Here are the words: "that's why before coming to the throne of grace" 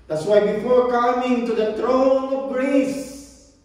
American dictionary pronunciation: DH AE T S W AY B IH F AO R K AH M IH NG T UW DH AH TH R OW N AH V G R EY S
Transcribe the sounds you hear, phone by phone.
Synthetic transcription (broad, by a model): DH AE T S W AY B IH F AO R K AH M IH NG T UW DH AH T R OW N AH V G R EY S